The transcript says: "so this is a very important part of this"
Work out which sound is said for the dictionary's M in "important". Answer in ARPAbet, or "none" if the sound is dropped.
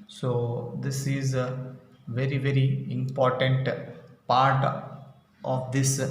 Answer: M